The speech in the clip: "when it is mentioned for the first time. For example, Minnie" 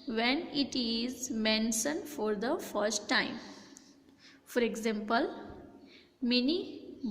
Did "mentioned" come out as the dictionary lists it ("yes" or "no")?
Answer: no